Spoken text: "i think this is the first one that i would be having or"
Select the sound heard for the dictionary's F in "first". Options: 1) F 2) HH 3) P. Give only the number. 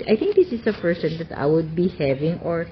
3